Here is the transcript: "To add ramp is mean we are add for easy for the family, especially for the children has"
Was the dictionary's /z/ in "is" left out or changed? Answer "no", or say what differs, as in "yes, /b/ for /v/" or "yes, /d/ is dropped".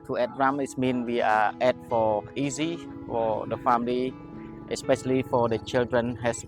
yes, /s/ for /z/